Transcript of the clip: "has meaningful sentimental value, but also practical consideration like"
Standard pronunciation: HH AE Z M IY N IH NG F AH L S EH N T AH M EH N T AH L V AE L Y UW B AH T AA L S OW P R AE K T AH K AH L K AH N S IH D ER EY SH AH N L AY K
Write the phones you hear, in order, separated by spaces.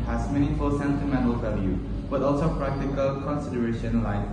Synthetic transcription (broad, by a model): HH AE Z M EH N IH F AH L S EH N T AH M EH N T AH L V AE L Y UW B AH T AA L S OW P R AE K T AH K AH L K AH N S IH D ER EY SH AH N L AY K